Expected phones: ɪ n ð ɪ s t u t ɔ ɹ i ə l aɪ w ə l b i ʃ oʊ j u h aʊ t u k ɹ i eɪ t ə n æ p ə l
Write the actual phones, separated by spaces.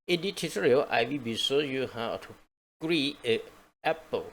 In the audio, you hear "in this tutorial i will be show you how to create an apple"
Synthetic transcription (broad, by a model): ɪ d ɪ t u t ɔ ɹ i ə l aɪ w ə b i s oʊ j u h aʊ t u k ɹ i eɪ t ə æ p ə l